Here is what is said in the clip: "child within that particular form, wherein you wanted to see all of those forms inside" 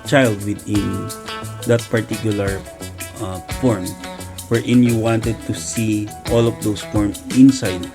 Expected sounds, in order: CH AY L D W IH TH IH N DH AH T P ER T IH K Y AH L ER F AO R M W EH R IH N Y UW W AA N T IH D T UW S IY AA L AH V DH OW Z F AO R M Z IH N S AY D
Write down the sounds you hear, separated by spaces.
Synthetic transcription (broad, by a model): CH AY L D W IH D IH N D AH T P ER T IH K Y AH L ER F AO R M W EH R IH N Y UW W AA N T IH D T UW S IY AA L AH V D OW S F AO R M IH N S AY D